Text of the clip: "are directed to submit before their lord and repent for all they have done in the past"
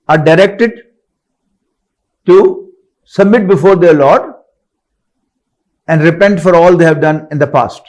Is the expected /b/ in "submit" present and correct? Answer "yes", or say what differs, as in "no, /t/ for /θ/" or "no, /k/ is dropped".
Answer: yes